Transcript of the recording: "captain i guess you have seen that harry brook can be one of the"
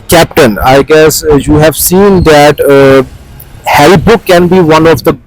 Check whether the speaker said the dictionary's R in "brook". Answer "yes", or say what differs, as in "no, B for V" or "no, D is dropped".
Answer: no, R is dropped